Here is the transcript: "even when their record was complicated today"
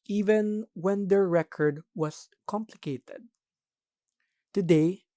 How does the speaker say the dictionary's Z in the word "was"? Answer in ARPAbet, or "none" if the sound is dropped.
S